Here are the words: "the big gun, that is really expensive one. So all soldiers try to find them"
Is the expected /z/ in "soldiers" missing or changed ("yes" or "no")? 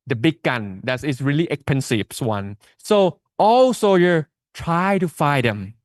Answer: yes